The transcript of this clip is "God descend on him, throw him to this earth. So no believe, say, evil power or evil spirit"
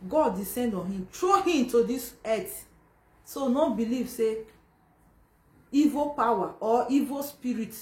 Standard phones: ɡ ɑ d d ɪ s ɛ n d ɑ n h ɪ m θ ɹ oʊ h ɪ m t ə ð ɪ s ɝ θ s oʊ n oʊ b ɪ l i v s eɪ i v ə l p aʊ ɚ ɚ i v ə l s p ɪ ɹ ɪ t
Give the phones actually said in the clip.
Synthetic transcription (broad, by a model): ɡ ɑ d d ɪ s ɛ n d ɑ n h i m t ɹ oʊ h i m t ə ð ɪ s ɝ t s oʊ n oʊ b ɪ l i v s eɪ i v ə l p aʊ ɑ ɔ i v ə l s p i ɹ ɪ t